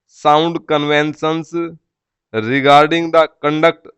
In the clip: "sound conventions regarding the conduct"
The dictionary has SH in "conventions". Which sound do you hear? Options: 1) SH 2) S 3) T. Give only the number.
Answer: 2